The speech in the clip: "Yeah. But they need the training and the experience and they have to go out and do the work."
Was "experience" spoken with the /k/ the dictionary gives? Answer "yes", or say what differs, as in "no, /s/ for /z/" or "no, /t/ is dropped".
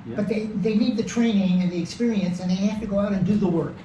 yes